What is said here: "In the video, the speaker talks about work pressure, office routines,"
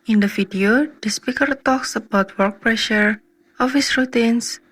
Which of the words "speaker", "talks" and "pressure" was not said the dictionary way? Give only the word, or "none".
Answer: none